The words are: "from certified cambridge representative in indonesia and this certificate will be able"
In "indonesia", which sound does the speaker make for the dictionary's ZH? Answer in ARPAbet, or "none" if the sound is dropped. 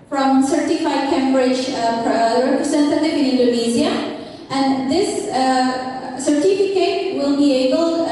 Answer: Z